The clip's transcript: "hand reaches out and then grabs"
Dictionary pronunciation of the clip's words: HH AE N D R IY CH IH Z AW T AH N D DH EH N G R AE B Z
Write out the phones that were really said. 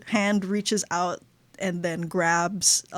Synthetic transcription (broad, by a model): HH AE N D R IY CH IH Z AW T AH N DH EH N G R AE B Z